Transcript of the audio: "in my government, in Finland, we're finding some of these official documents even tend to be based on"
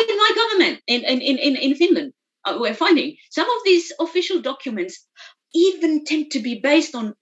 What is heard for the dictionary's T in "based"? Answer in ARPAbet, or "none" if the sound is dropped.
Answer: T